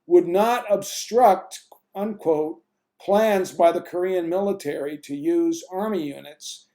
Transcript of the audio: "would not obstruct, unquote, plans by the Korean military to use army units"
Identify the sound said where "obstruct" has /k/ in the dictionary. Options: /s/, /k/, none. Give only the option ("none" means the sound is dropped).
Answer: /k/